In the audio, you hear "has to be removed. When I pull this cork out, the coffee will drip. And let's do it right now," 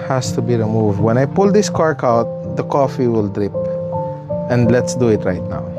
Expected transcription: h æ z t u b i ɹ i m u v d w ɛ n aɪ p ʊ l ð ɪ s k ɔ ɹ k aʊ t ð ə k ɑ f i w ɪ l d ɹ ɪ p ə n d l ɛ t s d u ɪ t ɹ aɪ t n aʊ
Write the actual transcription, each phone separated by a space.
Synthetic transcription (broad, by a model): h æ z t u b i ɹ i m u v d w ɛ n aɪ p ʊ l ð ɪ s k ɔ ɹ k aʊ t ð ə k ɑ f i w ɪ l d ɹ ɪ p ə n d l ɛ t s d u ɪ t ɹ aɪ t n aʊ